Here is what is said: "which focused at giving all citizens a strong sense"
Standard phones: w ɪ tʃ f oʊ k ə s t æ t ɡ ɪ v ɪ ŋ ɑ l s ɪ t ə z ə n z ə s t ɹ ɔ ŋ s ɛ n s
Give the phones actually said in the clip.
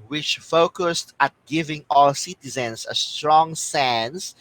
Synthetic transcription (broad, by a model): w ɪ tʃ f oʊ k ə s t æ t ɡ ɪ v ɪ ŋ ɑ l s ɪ t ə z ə n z ə s t ɹ ɔ ŋ s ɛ n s